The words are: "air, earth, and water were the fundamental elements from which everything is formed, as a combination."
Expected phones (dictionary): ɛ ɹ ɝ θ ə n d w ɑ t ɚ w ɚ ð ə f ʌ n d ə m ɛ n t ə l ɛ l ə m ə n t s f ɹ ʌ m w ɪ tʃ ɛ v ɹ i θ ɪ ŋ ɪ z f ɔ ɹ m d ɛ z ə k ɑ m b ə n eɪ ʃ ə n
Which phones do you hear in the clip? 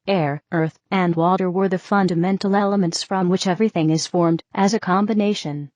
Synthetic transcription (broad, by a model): ɛ ɹ ɝ θ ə n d w ɑ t ɚ w ɚ ð ə f ʌ n d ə m ɛ n t l ɛ l ə m ə n t s f ɹ ʌ m w ɪ tʃ ɛ v ɹ i θ ɪ ŋ ɪ z f ɔ ɹ m d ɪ z ə k ɑ m b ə n eɪ ʃ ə n